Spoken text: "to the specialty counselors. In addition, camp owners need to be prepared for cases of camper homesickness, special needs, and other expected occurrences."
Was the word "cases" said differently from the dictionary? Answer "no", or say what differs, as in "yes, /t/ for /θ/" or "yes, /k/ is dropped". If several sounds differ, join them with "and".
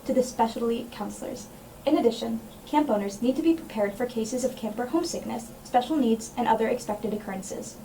no